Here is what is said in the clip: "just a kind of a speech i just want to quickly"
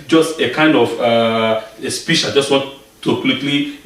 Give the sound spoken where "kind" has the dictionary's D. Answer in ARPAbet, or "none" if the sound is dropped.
D